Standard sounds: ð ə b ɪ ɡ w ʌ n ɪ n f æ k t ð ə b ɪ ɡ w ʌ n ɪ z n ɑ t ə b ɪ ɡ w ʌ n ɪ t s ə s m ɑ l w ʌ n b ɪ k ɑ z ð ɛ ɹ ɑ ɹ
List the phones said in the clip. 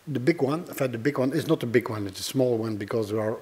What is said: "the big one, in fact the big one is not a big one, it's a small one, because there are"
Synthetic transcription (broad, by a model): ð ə b ɪ ɡ w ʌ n n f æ t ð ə b ɪ ɡ w ʌ n ɪ z n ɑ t ə b ɪ ɡ w ʌ n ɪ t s ə s m ɑ l w ʌ n b ɪ k ɑ z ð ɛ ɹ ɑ ɹ